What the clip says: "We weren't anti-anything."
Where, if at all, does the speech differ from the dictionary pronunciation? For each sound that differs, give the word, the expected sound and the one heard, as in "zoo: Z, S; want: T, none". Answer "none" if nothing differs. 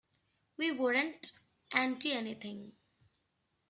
anything: TH, T